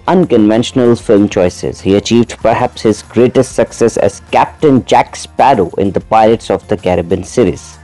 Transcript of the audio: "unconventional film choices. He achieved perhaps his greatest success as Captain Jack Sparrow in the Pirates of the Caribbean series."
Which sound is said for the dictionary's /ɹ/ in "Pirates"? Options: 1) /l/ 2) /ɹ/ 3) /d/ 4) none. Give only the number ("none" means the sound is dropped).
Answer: 1